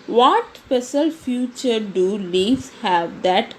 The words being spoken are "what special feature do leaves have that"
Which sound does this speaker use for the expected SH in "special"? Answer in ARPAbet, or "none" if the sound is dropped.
S